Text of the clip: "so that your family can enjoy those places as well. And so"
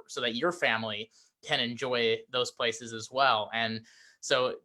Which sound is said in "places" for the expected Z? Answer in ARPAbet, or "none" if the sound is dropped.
Z